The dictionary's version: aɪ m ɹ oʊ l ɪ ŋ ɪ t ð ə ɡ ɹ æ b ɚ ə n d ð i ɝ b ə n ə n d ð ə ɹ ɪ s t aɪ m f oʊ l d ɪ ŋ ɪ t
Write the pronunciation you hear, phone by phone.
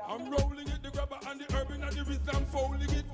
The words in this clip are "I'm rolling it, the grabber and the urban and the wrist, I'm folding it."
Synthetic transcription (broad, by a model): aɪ m ɹ oʊ l ɪ ŋ ɪ t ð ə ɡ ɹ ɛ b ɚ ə n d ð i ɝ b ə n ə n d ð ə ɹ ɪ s aɪ m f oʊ l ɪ ŋ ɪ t